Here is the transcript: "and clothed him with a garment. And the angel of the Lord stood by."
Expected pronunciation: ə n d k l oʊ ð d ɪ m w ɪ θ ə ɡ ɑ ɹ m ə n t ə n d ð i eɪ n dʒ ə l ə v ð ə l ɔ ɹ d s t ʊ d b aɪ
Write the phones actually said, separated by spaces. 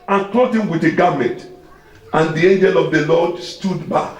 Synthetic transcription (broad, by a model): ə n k oʊ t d ɪ m w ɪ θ ə ɡ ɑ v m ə n t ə n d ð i eɪ n dʒ ə l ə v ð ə l ɔ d s t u d b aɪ